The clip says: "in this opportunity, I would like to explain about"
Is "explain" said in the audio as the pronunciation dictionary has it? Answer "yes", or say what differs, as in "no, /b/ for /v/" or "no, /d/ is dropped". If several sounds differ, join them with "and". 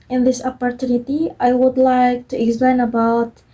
yes